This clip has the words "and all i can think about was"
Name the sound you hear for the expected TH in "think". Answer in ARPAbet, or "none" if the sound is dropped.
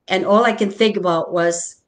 TH